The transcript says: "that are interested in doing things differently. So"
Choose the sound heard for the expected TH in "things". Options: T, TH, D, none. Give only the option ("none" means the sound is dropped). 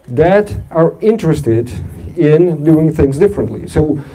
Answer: TH